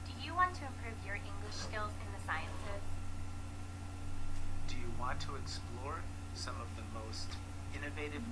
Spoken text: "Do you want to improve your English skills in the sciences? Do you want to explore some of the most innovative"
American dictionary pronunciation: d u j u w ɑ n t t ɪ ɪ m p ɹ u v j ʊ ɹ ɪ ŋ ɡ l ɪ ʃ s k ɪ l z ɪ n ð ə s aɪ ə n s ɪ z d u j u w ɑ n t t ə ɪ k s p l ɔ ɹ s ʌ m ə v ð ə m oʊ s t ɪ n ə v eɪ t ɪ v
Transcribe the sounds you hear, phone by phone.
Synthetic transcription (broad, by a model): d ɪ j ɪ w ɑ n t t ɪ ɪ m p ɹ u v j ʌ ɹ ɪ ŋ ɡ l ɪ ʃ s k ɪ l z ɪ n ð ə s aɪ ə n s ɪ z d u j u w ɑ n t t ə ɪ k s p l ɔ ɹ s ʌ m ə v ð ə m oʊ s t ɪ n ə v eɪ t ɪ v